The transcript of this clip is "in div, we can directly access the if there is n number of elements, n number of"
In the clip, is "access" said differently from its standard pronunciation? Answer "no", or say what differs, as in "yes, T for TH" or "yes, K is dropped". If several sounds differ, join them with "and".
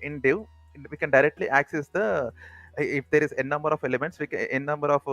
no